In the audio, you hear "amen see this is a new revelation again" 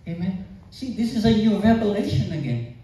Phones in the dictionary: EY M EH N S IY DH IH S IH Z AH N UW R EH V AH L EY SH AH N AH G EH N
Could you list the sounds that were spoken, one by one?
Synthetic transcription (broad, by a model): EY M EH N S IY DH IH S IH Z AH N UW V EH P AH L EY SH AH N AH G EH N